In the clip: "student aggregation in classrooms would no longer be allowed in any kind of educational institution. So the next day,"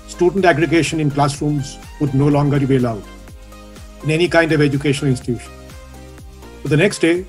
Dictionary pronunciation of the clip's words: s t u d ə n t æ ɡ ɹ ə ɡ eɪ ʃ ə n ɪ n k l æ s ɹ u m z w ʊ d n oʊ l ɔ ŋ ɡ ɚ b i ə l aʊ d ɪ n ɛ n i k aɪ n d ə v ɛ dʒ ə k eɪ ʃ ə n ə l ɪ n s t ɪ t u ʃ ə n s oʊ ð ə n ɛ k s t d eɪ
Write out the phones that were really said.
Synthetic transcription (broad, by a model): s t u d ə n t æ ɡ ɹ ə ɡ eɪ ʃ ə n ɪ n k l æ s ɹ u m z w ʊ d n oʊ l ɔ ŋ ɡ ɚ b i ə l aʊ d ɪ n ɛ n i k aɪ n d ə v ɛ dʒ ə k eɪ ʃ ə n ə l ɪ n s t ɪ t u ʃ ə n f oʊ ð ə n ɛ k s t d eɪ